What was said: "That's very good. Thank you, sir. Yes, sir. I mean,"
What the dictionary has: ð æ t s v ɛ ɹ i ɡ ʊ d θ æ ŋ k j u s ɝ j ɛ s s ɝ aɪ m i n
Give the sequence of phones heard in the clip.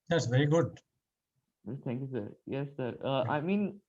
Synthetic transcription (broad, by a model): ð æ t s v ɛ ɹ i ɡ ʊ d t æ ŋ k j u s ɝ j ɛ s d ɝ aɪ m i n